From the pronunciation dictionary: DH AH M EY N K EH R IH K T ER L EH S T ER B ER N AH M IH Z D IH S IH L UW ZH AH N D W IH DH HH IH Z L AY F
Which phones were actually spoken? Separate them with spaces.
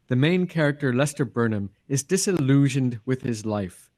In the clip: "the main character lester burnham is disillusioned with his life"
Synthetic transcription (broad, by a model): DH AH M EY N K EH R IH K T ER L EH S T ER B ER N AH M IH Z D IH S IH L UW ZH AH N D W IH DH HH IH Z L AY F